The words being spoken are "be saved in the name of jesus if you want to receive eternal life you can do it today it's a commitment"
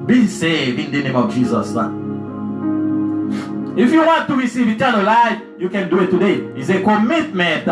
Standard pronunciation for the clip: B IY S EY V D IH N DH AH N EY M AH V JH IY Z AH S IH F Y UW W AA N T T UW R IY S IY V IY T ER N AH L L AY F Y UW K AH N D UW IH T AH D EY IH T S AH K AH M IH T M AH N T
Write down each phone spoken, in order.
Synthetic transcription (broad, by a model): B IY S EY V IH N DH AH N EY M AH V JH IY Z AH S IH F Y UW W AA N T T UW R IY S IY V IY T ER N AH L L AY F Y UW K AH N D UW IH T AH D EY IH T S AH K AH M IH T M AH N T